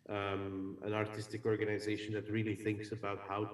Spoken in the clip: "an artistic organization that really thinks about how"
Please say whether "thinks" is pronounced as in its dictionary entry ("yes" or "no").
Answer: yes